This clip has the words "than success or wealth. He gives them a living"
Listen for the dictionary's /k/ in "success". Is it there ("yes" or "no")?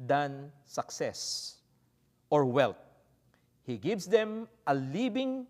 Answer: yes